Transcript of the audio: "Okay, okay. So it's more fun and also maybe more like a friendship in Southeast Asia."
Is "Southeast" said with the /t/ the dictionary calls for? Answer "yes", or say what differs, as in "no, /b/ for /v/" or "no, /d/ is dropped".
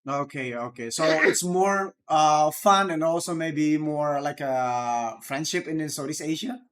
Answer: no, /t/ is dropped